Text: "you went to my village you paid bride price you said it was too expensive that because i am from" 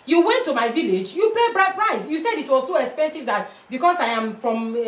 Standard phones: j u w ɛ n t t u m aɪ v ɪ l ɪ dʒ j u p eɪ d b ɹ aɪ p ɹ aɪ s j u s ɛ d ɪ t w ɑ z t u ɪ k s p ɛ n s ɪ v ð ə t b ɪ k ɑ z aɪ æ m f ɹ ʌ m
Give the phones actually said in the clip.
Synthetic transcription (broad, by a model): j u w ɛ n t t u m aɪ v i l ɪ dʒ j u p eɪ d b ɹ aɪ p ɹ aɪ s j u s ɛ d ɪ t w ɑ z s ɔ ɪ k s p ɛ n s ɪ v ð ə t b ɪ k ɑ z aɪ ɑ m f ɹ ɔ m